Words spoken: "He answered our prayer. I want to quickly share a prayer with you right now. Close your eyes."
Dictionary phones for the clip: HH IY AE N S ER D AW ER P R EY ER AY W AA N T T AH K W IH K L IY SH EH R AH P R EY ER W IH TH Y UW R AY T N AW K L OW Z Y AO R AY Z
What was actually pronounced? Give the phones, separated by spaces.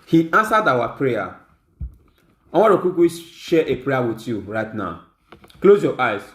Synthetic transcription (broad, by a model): HH IY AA N S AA D AW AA P R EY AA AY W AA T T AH K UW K IY SH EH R AH P R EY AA W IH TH Y UW R AY T N AW K L OW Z Y AO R AY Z